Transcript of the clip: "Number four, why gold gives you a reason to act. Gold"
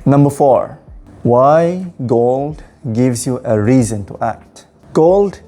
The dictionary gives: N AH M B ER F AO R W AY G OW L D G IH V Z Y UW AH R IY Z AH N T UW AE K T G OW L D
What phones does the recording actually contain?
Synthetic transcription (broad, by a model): N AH M B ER F AO R W AY G OW L D G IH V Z Y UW AH R IY Z AH N T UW AE K T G OW L D